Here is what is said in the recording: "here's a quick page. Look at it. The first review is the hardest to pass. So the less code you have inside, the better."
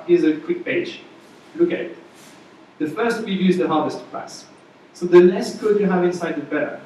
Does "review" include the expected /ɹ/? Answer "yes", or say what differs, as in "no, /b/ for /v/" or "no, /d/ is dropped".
no, /w/ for /ɹ/